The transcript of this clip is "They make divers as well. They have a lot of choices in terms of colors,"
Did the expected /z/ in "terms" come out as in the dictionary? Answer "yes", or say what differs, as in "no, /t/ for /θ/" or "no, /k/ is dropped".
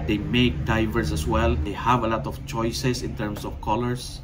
no, /s/ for /z/